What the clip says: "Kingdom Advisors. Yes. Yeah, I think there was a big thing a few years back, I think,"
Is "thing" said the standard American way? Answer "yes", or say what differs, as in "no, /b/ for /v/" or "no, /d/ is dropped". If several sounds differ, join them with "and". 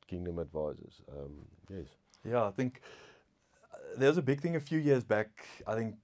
yes